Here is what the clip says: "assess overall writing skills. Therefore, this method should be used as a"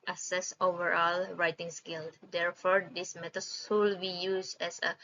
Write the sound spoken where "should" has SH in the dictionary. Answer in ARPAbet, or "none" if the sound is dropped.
S